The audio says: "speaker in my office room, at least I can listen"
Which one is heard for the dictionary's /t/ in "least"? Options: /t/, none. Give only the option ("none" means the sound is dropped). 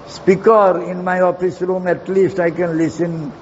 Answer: /t/